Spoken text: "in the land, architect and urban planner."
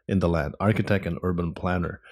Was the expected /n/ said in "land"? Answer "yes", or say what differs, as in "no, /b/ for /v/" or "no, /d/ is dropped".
no, /n/ is dropped